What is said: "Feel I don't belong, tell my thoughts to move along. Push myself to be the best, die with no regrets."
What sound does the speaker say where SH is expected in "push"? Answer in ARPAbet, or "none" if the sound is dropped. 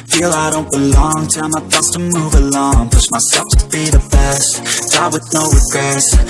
S